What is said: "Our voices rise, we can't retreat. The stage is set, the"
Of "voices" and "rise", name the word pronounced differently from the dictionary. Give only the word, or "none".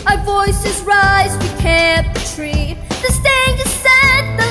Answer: none